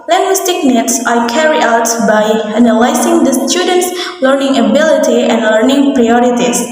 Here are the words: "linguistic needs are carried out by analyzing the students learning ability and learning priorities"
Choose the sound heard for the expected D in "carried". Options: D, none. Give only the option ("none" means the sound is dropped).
none